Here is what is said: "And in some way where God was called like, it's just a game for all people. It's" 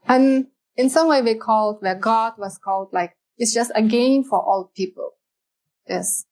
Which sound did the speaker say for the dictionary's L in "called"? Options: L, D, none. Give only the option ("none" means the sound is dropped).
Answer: L